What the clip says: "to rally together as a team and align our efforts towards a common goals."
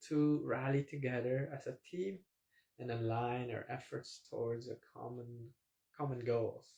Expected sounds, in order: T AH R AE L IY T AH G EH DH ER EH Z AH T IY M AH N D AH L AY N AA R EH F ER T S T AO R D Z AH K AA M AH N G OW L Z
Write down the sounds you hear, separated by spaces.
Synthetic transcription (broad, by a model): T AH R AE L IY T AH G EH DH ER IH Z AH T IY M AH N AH L AY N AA R EH F ER T S T AO R D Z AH K AA M AH N G OW L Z